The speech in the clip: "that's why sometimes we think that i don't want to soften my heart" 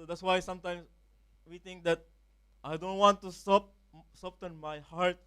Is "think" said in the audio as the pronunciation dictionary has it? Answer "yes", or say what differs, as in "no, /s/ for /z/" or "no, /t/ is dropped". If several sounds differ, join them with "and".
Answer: no, /t/ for /θ/